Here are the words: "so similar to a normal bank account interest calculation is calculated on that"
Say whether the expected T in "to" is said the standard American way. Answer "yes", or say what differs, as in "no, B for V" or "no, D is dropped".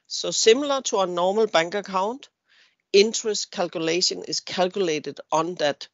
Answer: no, S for T